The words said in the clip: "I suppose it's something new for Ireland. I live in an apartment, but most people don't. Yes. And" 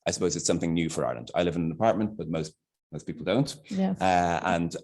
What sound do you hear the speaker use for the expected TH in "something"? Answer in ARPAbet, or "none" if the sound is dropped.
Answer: TH